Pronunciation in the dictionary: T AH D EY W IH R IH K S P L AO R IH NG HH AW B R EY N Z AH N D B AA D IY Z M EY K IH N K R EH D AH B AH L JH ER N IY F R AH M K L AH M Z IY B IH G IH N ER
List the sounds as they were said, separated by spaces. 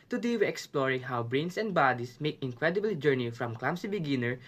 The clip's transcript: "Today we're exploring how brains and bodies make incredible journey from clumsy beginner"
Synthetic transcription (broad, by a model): T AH D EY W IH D IH K S P L AO R IH NG HH AW B R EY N S AH N D B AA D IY S M EY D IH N K R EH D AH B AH L JH ER N IY F R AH M K L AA M S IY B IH G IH N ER